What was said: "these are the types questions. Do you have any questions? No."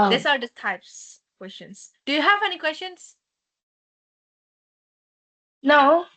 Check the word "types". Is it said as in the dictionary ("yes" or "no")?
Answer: yes